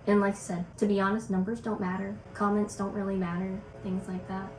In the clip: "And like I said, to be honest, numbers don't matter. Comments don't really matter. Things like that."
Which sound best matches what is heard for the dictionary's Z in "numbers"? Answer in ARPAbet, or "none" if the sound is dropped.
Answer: Z